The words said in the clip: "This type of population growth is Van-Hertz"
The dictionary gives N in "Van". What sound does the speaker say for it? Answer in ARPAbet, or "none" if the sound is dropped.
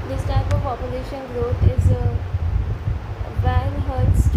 L